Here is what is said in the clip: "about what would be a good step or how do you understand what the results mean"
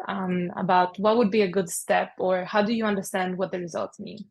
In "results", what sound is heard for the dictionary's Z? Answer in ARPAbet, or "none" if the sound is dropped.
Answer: Z